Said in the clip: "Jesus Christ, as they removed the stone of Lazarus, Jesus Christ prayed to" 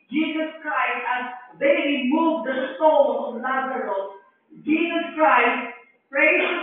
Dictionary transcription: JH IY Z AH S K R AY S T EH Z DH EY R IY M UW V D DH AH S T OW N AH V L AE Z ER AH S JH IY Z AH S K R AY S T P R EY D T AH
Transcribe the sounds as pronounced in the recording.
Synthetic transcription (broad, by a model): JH IY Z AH S K R AY S T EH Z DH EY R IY M UW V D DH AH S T OW L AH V N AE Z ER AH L JH IY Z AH S K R AY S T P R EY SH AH